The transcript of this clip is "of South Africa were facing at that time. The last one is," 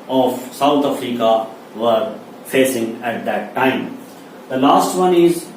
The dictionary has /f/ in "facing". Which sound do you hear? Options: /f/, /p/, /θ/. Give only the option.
/f/